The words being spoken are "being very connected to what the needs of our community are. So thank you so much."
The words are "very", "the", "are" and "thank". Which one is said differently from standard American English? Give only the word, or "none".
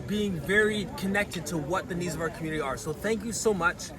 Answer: none